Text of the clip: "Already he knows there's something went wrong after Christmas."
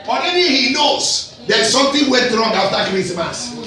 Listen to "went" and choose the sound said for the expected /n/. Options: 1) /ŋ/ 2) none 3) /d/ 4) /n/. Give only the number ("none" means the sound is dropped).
2